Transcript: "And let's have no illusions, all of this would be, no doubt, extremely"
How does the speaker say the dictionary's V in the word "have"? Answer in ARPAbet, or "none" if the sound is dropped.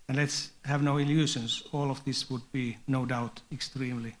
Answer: V